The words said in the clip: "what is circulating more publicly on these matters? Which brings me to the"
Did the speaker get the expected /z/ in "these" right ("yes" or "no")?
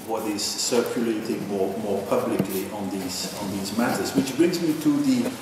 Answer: yes